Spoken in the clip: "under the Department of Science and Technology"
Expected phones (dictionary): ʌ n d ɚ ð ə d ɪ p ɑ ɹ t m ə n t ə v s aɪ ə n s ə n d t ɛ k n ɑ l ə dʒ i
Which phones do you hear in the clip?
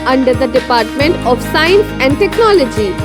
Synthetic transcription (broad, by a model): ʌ n d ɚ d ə d ɪ p ɑ ɹ t m ə n t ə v s aɪ ə n s ə n d t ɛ k n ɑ l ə dʒ i